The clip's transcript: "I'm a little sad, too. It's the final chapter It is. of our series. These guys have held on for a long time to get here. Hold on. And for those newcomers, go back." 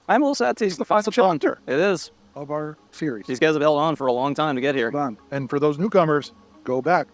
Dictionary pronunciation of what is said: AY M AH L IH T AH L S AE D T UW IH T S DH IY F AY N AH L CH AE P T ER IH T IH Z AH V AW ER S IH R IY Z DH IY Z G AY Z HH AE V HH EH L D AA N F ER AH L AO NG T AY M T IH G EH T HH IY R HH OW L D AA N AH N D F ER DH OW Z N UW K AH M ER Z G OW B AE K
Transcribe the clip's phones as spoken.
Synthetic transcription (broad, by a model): AY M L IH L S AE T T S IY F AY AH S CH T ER IH T IH Z AH V AW ER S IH R IY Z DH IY Z G AY Z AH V HH EH L D N F ER AH L AO NG T AY M T IH G EH T HH IY R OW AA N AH N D F ER DH OW Z N UW K AH M ER Z G OW B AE K